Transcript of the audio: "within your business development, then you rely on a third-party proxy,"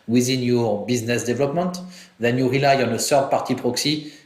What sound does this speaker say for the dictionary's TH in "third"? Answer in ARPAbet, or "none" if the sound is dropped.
S